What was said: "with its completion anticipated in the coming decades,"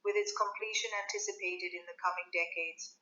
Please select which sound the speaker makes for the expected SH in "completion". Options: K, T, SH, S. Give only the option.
SH